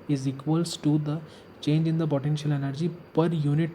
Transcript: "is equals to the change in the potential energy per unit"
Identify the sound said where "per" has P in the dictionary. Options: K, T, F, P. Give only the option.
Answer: P